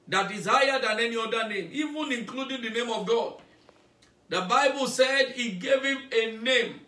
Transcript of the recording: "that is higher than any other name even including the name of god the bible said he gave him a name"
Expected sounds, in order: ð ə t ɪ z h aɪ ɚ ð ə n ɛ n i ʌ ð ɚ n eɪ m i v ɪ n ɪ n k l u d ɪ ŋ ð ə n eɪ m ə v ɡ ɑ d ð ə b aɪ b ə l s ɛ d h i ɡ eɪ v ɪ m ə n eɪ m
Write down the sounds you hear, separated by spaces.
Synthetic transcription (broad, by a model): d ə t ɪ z h aɪ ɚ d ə n ɛ n i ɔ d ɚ n eɪ m i v ɪ n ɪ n k l u d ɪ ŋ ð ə n eɪ m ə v ɡ ɑ d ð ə b aɪ b ə l s ɛ d i ɡ eɪ v ɪ m ə n eɪ m